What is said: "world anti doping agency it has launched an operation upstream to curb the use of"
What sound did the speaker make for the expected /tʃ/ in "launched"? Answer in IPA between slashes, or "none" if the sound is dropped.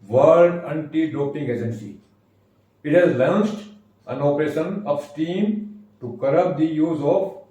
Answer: /s/